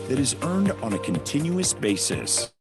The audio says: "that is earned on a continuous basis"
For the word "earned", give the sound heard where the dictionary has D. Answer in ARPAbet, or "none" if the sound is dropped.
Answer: D